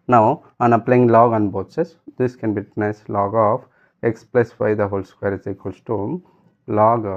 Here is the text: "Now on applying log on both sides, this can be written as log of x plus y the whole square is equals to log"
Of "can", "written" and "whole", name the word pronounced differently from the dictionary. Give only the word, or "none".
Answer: written